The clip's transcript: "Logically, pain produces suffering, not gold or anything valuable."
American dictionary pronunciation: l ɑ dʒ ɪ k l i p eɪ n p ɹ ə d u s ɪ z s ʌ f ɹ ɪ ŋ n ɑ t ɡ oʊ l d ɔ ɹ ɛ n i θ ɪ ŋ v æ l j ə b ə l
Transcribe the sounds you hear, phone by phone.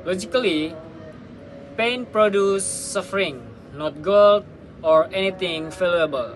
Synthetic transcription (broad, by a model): l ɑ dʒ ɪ k l i p eɪ n p ɹ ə d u s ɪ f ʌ ɹ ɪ ŋ n ɑ t ɡ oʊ l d ɔ ɹ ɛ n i t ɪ ŋ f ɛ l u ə b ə l